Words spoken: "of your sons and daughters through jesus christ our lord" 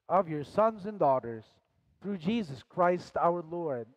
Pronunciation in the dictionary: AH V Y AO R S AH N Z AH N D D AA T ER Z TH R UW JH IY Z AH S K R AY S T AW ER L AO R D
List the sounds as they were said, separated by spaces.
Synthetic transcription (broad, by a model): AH V Y AO R S AH N Z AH N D D AA T ER Z TH R UW JH IY Z AH S K R AY S T AW ER L AO R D